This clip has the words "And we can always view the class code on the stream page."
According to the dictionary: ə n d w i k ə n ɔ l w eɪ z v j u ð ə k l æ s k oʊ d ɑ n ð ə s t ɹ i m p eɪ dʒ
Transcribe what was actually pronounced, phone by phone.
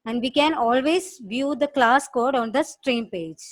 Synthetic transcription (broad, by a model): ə n d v i k ə n ɔ l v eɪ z v j u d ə k l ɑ s k oʊ d ɑ n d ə s t ɹ i m p eɪ dʒ